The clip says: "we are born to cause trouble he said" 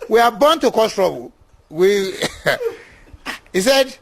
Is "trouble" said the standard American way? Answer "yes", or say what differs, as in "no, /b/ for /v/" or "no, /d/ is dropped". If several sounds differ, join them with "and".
no, /w/ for /l/